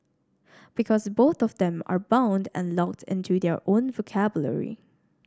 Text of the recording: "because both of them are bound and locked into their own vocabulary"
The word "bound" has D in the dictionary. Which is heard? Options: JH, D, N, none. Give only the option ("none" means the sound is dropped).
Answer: D